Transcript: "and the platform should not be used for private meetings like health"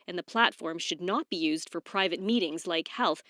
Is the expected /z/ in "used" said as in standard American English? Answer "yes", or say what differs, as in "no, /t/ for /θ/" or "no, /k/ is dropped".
yes